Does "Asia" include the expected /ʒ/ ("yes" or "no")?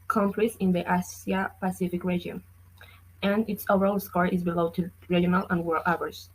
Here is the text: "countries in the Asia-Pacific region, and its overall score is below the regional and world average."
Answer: no